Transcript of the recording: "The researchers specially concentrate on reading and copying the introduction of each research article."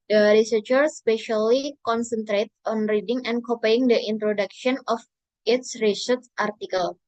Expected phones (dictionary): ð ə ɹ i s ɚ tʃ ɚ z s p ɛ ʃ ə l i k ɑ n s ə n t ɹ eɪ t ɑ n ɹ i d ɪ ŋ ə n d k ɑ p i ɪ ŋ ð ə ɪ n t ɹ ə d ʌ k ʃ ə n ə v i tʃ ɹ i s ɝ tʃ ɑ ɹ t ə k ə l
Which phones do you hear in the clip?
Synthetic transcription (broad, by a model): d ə ɹ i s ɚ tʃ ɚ s p ɛ ʃ ə l i k ɑ n s ə n t ɹ eɪ t ɑ n ɹ i d ɪ ŋ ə n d k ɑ p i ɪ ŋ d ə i n t ɹ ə d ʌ k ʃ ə n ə f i s ɹ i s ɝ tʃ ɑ ɹ t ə k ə l